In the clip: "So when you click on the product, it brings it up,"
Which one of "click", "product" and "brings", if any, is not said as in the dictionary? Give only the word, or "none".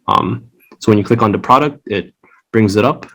none